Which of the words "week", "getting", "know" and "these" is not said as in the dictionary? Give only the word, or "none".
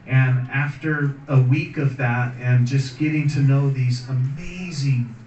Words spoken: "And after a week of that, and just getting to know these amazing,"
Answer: none